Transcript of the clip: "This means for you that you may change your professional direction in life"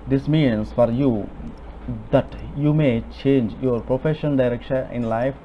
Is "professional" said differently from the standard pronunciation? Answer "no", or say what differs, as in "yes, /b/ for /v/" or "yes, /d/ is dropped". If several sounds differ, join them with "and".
yes, /n/ is dropped and /n/ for /l/